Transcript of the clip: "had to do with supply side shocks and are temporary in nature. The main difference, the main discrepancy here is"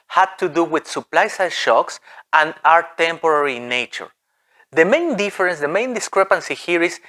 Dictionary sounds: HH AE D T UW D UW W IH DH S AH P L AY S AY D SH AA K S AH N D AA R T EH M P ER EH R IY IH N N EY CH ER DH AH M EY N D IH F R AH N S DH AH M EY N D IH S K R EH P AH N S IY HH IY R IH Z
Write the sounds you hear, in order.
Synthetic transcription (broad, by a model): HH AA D T UW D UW W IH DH S AH P L AY S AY SH AA K S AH N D AA R T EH M P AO R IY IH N N EY CH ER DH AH M EY N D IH F R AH N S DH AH M EY N D IH S K R EH P AH N S IY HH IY R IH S